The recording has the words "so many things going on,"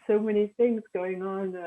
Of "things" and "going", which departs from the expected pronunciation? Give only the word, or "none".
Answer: none